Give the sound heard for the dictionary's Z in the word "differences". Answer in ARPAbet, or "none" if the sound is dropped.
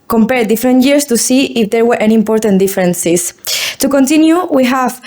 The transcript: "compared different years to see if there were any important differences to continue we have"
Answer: S